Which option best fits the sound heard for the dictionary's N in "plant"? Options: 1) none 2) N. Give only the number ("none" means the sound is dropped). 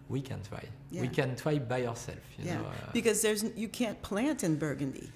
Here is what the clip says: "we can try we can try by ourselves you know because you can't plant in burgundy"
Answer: 2